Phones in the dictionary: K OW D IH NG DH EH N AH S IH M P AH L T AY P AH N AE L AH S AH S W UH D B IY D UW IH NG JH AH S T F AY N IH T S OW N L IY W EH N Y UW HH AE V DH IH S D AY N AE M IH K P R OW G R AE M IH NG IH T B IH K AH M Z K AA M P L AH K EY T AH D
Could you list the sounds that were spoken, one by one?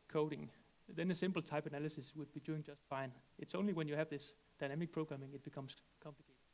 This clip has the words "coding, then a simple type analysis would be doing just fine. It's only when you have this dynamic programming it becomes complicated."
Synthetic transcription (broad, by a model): K OW D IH NG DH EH N AH S IH M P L T AY P AH N AE L AH S AH S W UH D B IY D UW IH NG JH AH S T F AY N IH T S OW N L IY W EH N Y UW HH AE V DH IH S D AY N AE M IH K P R OW G R AE M IH NG IH T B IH K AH M S K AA M P L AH K EY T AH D